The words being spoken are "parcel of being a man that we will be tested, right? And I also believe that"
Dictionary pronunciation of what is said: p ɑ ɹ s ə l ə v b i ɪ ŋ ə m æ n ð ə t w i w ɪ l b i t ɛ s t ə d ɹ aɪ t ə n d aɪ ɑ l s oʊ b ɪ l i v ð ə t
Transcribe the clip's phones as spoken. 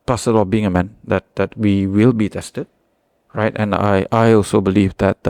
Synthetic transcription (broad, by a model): p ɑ s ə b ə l b i ɪ ŋ ə m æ n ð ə t w i w ɪ l b i t ɛ s t ə d ɹ aɪ t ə n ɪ aɪ ɑ l s oʊ b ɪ l i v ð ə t